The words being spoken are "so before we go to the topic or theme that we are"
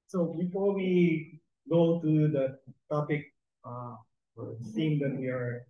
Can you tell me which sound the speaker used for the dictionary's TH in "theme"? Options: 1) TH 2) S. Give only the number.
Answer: 2